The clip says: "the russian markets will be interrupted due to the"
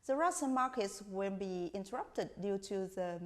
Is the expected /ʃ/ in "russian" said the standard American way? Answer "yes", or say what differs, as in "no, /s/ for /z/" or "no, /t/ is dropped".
no, /s/ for /ʃ/